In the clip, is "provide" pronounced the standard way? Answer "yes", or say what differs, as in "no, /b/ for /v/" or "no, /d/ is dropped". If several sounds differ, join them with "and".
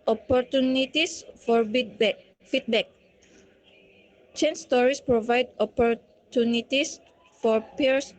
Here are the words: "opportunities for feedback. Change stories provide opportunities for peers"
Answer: yes